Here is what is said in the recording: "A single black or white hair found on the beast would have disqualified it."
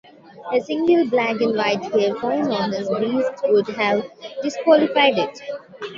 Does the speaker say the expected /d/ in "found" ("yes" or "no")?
no